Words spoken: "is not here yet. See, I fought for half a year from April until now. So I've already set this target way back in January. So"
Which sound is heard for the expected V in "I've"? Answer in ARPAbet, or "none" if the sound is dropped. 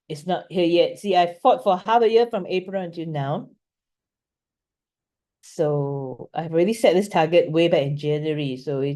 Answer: V